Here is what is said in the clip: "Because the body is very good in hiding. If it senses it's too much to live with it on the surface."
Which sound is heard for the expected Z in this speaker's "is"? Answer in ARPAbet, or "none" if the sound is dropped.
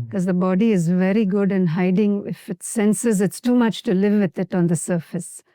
Z